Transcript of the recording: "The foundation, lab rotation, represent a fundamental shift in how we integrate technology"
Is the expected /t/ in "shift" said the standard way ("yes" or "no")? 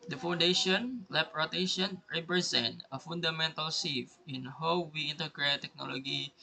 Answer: no